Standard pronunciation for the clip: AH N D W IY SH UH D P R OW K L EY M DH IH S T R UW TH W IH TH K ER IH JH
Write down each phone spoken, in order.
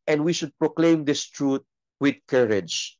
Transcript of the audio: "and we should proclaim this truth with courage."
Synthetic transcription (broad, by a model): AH N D W IY SH UH D P R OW K L EY M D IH S T R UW T W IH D K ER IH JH